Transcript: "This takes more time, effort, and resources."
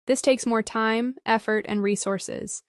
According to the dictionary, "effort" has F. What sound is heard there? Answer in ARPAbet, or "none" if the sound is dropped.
F